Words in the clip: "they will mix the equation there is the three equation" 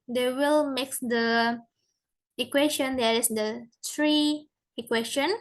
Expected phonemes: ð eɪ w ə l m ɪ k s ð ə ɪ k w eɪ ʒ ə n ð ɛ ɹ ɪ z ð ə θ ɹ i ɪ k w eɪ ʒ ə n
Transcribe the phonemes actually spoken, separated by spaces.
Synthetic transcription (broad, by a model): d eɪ w ə l m ɪ k s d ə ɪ k w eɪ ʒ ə n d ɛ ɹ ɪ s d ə t ɹ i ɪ k w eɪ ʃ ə n